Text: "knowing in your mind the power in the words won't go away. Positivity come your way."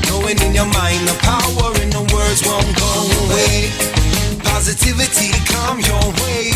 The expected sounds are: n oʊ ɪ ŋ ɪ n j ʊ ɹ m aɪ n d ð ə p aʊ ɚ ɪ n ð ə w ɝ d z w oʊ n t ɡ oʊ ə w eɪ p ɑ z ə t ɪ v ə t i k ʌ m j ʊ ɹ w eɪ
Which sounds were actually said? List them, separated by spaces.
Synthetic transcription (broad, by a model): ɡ oʊ ɪ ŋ ɪ n j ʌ ɹ m aɪ n d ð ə p aʊ ɚ ɪ n ð ə w ɝ d z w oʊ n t ɡ oʊ ə w eɪ p ɑ z ə t ɪ v ə t i k ʌ m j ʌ ɹ w eɪ